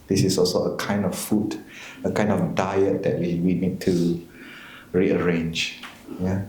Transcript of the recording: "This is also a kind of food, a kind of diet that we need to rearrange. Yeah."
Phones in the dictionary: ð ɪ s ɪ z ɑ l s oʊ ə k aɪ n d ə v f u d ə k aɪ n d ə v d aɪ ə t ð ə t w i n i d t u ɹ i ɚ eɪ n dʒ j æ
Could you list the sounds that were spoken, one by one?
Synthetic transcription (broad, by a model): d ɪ s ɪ s ɑ l s oʊ ə k aɪ n d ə f f u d ə k aɪ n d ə f d aɪ ə t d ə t w i n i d t u ɹ i ɚ eɪ n dʒ j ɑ